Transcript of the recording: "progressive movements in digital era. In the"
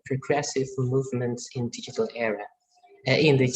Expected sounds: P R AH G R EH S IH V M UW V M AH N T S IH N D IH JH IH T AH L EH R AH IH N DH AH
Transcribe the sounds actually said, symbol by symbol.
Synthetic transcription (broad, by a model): P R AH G R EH S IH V M UW V M AH N T S IH N D IH JH IH T AH L EH R AH IH N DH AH